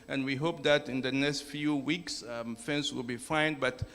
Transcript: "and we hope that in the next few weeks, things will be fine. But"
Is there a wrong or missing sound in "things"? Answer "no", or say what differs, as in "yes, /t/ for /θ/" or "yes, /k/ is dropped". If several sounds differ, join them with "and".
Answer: yes, /f/ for /θ/